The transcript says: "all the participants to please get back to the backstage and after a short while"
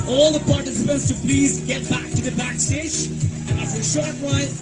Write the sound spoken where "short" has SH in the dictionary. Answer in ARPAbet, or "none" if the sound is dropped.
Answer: SH